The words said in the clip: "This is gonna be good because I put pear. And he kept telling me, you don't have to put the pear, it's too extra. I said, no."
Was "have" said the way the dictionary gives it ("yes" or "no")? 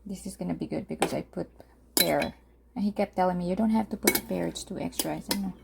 no